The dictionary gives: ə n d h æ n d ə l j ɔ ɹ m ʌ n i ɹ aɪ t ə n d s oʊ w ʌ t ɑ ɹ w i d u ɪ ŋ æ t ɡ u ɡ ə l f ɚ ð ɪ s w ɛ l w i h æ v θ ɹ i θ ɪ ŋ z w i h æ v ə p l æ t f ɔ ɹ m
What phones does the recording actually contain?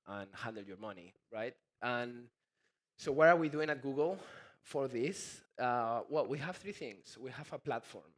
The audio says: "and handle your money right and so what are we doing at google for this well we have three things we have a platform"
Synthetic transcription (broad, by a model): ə n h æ n d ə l j ɔ ɹ m ʌ n i ɹ aɪ t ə n s oʊ w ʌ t ɑ ɹ w i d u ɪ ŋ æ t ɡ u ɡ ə l f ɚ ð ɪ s w ɛ l w i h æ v θ ɹ i θ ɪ ŋ s w i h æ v ə p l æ t f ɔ ɹ m